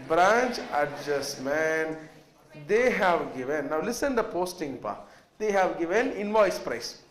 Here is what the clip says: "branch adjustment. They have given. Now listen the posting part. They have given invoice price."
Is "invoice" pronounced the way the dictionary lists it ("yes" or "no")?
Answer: yes